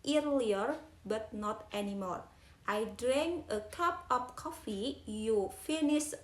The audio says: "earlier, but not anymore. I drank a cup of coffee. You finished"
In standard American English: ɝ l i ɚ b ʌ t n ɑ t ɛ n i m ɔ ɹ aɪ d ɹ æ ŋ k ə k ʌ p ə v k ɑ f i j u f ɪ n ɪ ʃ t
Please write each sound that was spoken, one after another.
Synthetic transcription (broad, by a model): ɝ l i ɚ b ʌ t n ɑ t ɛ n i m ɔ ɹ aɪ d ɹ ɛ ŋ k ə k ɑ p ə p k ɑ f i j u f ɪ n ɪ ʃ